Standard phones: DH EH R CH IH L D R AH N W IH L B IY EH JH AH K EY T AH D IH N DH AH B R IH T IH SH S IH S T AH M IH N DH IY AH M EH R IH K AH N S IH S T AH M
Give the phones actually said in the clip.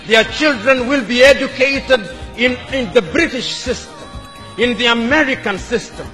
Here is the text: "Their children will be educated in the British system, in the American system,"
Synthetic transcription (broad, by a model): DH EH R CH IH L D R AH N W IH L B IY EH JH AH K EY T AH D IH N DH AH B R IH T IH SH S IH S T AH M IH N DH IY AH M EH R IH K AH N S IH S T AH M